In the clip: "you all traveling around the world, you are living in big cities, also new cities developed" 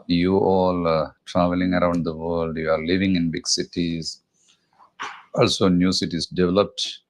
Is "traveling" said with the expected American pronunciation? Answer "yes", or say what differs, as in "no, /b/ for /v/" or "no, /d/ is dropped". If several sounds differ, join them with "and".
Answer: yes